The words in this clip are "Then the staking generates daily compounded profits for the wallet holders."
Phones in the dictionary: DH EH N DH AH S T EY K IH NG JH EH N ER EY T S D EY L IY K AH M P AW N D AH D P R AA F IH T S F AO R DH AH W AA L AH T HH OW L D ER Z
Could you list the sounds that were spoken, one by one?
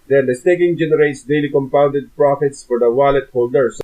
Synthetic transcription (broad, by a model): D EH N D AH S T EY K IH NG JH EH N ER EY T S D EY L IY K AH M P AW N D AH D P R AA F IH T S F AO R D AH W AA L AH T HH OW L D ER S